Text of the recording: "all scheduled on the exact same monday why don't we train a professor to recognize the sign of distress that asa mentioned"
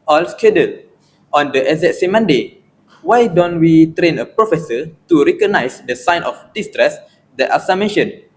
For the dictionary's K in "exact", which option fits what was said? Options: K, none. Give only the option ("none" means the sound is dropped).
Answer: none